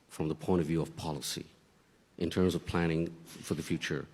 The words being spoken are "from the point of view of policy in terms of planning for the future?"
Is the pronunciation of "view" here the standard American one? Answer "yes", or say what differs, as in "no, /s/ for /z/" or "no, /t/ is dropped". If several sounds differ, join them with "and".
yes